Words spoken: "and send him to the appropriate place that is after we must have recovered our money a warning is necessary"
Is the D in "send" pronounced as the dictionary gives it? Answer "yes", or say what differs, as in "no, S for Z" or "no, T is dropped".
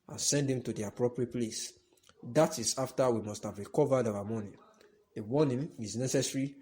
yes